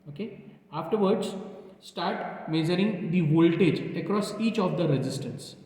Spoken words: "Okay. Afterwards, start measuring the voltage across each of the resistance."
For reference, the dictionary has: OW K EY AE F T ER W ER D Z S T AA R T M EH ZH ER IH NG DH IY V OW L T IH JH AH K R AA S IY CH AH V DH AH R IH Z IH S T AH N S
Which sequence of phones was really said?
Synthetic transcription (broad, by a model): OW K EY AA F T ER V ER D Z S T AA R T M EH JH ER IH NG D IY V OW L T IH JH AH K R AA S IY CH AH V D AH R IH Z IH S T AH N S